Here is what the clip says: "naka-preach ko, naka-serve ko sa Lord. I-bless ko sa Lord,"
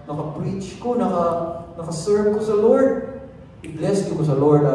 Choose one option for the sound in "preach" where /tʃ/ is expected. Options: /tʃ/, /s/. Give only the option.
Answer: /tʃ/